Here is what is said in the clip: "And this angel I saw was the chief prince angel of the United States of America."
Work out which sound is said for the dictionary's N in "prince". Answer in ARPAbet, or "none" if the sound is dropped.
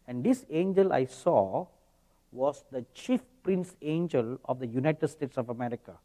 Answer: N